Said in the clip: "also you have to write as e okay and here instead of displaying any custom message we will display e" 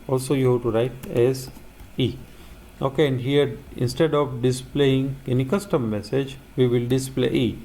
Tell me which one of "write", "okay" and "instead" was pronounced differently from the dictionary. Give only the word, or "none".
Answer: none